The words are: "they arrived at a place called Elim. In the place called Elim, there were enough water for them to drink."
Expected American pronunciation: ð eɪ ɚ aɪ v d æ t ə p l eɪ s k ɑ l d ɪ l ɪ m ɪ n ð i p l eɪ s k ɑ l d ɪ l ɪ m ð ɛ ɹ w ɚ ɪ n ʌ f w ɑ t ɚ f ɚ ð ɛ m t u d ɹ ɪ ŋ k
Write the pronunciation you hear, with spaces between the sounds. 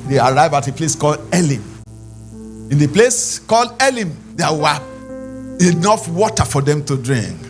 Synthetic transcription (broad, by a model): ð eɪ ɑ aɪ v ɑ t ə p l eɪ s k ɑ l d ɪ l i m ɪ n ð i p l eɪ s k ɑ l d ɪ l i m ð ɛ w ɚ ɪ n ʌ f w ɑ t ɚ f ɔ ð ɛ m t u d ɹ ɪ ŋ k